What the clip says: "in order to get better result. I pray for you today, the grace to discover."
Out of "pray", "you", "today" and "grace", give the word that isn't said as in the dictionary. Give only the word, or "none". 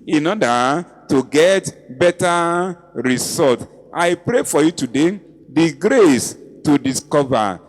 none